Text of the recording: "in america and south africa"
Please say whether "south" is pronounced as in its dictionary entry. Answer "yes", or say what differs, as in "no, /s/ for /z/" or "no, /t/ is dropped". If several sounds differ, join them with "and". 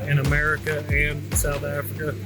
yes